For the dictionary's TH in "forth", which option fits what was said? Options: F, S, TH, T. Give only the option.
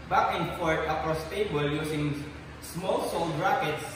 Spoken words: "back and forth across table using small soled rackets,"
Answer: T